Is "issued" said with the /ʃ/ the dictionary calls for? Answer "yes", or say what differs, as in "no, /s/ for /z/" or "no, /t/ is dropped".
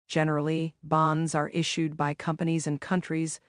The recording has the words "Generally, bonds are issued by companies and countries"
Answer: yes